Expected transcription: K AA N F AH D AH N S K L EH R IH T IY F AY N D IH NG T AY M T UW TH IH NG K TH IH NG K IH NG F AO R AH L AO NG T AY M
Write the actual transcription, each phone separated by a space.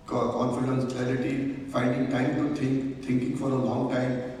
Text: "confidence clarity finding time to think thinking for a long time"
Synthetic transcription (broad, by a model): K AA N F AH D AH N S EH L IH T IY F AY N D IH NG T AY M T UW T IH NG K T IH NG K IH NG F AO R AH L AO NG T AY M